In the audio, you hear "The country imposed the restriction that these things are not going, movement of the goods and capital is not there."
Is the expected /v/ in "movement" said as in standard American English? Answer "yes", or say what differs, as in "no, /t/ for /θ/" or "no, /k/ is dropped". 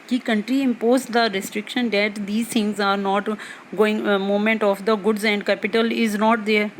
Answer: no, /v/ is dropped